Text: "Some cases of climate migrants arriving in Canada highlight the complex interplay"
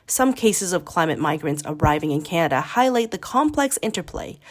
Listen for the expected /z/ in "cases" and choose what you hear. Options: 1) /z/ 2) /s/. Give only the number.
1